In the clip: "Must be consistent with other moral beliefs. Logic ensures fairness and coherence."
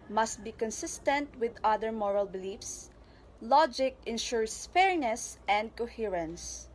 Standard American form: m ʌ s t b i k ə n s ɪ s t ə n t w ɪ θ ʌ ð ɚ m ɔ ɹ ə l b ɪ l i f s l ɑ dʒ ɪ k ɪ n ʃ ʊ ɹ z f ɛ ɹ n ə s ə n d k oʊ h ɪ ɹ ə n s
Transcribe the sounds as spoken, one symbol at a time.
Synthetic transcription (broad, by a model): m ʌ s t b i k ə n s ɪ s t ə n t w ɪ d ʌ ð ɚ m ɔ ɹ ə l b ɪ l i f s l ɑ dʒ ɪ k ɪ n ʃ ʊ ɹ s f ɛ ɹ n ə s ə n d k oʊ h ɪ ɹ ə n s